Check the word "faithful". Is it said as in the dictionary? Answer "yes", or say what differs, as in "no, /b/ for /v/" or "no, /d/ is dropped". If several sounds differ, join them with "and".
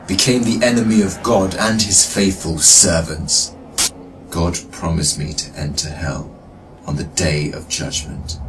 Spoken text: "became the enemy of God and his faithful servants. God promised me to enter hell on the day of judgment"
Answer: yes